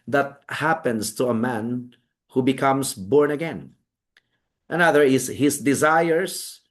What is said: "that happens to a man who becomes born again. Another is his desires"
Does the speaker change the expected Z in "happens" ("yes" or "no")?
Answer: yes